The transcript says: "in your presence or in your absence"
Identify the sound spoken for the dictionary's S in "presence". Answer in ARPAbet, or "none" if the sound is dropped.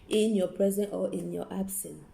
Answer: none